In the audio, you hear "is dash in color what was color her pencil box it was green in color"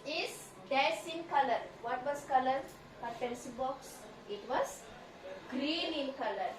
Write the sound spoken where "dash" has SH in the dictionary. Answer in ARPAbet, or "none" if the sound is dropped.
S